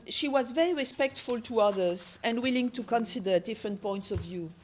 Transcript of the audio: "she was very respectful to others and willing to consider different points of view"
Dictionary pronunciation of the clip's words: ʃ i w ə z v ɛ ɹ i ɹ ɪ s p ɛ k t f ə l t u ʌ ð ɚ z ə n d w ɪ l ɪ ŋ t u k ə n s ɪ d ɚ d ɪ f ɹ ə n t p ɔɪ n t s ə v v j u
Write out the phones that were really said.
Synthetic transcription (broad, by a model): ʃ i w ə z v ɛ ɹ i ɹ ɪ s p ɛ k t f ə l t u ʌ ð ɚ z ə n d w ɪ l ɪ ŋ t u k ə n s ɪ d ɚ d ɪ f ɹ ə n t p ɔɪ n t s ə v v j u